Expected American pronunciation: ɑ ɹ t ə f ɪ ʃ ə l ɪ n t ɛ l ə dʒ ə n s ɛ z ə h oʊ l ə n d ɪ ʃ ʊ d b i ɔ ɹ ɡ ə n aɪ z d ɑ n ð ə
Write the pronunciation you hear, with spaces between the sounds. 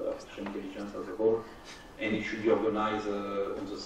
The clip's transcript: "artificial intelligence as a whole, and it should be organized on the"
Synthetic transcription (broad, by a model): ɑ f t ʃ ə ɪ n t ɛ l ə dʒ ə n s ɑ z ə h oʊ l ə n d ɪ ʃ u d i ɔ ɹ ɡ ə n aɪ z ɑ n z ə